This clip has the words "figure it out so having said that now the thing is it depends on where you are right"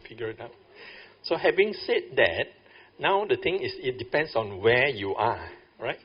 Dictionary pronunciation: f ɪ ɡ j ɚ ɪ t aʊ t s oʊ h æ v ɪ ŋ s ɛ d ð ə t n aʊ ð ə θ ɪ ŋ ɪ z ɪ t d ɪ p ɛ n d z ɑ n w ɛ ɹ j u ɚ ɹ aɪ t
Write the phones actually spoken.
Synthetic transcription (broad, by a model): f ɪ ɡ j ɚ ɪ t aʊ t s oʊ h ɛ v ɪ ŋ s ɛ d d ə t n aʊ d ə t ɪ ŋ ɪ s ɪ t d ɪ p ɛ n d s ɑ n w ɛ j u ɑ ɹ aɪ t